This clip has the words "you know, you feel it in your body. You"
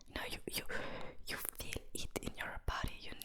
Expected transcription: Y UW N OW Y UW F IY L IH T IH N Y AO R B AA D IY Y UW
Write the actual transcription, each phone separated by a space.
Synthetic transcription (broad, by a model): Y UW N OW Y UW F IY L IH T IH N Y AO R B AA D IY Y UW